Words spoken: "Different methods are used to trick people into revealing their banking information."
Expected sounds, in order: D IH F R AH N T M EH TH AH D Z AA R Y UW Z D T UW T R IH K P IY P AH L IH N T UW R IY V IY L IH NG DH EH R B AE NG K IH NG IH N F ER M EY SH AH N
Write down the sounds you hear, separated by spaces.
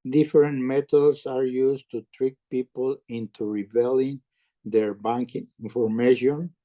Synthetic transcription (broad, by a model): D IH F R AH N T M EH T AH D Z AA R Y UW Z T UW T R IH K P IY P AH L IH N T UW R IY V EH L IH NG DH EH R B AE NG K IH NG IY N F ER M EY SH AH N